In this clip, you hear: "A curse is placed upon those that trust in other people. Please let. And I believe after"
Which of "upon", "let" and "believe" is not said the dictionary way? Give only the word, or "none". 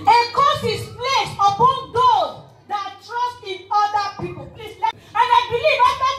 let